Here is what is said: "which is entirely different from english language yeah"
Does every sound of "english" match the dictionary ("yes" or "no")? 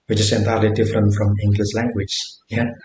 no